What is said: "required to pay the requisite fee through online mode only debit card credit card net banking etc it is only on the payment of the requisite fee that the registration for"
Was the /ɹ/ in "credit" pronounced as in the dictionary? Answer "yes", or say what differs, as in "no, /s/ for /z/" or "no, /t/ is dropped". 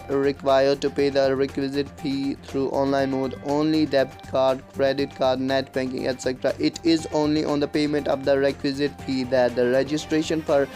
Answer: yes